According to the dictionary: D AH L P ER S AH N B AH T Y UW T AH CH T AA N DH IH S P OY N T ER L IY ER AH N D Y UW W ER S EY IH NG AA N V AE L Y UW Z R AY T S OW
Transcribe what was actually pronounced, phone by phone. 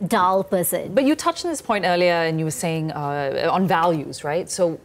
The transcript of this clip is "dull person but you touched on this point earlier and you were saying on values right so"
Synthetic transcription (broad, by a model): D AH L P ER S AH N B AH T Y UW T AH CH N DH IH S P OY N T ER L IY ER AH N Y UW W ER S EY IH NG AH N V AE L Y UW Z R AY T S OW